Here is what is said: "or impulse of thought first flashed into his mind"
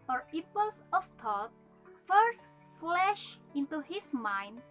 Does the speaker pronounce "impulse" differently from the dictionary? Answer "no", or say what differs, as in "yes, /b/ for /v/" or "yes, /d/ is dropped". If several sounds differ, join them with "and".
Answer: yes, /m/ is dropped